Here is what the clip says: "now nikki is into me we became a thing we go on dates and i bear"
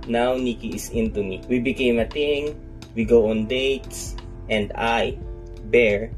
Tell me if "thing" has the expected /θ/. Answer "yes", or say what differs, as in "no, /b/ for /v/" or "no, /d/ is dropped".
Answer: no, /t/ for /θ/